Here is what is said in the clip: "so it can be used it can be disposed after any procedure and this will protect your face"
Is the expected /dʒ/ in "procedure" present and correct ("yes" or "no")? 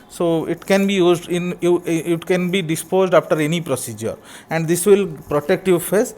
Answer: yes